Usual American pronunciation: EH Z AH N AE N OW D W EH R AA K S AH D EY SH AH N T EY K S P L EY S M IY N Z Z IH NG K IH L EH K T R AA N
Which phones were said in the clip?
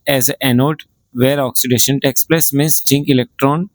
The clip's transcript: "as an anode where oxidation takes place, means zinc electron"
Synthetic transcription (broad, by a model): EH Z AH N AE N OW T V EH R AA K S AH D EY SH AH N T EY K S P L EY S M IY N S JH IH NG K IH L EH K T R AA N